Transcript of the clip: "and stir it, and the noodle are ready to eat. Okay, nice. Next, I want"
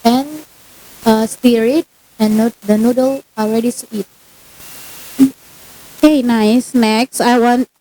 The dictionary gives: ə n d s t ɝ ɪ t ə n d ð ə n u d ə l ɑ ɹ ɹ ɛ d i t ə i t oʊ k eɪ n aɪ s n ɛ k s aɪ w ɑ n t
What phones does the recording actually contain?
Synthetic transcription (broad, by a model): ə n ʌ s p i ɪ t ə n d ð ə n u d ə l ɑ l ɹ ɛ d i s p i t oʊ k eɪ n aɪ s n ɛ k s aɪ w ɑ n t